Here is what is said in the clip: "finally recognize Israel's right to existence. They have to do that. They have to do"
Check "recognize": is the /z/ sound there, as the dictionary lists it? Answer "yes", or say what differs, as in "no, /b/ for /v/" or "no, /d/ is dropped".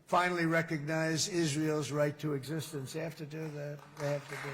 yes